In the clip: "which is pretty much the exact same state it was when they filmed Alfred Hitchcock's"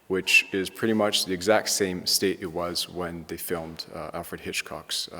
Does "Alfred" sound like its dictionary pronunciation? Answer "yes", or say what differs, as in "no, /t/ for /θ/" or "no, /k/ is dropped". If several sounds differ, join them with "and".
yes